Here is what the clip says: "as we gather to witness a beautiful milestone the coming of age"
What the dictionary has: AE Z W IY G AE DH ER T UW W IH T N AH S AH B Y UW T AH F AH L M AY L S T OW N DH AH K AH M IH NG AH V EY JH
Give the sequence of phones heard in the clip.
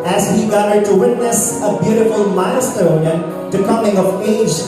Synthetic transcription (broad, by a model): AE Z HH IY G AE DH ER T UW W IH T N AH S AH B Y UW T AH F AH L M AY S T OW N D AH K AH M IH NG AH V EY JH